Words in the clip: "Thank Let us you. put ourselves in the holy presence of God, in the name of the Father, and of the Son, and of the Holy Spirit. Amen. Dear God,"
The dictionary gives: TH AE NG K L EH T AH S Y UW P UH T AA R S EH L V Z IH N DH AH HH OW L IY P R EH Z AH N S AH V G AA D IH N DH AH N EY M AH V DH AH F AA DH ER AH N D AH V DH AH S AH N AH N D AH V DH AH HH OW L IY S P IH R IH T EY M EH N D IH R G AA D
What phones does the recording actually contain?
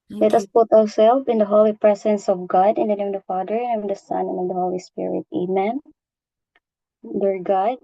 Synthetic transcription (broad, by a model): L EH T AH S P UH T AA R S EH L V IH N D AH HH OW L IY P R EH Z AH N S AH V G AA D IH N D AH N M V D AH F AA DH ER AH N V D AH S AH N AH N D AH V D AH HH OW L IY S P IH R IH T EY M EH N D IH R G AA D